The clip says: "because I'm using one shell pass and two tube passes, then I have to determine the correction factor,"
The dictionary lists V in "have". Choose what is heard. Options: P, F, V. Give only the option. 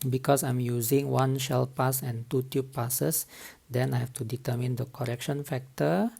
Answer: F